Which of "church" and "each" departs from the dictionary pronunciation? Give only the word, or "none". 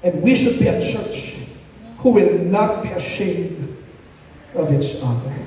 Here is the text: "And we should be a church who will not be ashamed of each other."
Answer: each